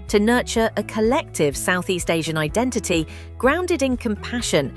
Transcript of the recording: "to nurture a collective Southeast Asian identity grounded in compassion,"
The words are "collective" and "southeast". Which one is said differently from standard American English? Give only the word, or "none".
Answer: none